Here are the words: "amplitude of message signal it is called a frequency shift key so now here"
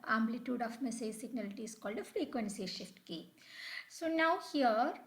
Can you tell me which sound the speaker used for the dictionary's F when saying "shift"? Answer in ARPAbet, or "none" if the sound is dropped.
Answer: F